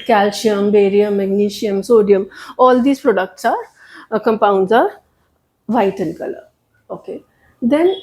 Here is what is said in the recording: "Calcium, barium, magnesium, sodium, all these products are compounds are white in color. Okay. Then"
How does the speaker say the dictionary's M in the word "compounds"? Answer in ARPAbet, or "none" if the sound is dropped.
M